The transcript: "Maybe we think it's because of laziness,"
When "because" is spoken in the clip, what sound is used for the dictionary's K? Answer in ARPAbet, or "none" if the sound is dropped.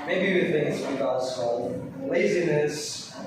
none